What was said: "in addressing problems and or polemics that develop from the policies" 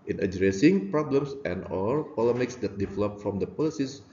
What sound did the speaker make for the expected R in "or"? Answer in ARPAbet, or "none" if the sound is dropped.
L